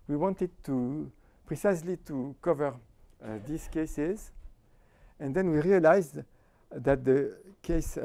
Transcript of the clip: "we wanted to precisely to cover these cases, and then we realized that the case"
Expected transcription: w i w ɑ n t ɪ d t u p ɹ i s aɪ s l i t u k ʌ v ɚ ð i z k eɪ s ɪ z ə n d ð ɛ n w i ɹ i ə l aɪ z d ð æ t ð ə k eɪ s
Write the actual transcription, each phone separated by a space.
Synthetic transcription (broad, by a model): w i w ɑ n t ɪ d t u p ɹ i s aɪ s l i t u k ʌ v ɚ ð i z k eɪ s ɪ z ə n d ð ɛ n w i ɹ i ə l aɪ z d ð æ t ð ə k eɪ s